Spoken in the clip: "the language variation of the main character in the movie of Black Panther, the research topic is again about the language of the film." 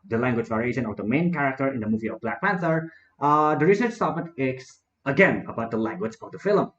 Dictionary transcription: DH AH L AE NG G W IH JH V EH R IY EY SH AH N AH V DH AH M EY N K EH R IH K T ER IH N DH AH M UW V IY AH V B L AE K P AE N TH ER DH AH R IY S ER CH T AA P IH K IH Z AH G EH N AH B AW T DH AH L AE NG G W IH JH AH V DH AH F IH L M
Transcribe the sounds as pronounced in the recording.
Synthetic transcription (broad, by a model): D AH L AE NG G W IH JH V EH R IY EY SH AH N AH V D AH M EY N K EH R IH K T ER IH N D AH M UW V IY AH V B L AE K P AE N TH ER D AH R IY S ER S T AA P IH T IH S AH G EH N AH B AW T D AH L AE NG G W IH JH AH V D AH F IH L M